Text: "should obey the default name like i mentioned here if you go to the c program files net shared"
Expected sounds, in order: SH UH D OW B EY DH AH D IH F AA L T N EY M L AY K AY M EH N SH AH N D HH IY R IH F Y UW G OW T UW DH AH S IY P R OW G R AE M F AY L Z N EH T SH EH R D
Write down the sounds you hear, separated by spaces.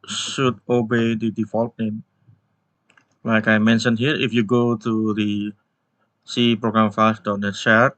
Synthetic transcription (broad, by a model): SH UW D OW B EY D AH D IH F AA L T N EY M L AY K AY M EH N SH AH N HH IY R IH F Y UW G OW T UW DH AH S IY P R OW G R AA M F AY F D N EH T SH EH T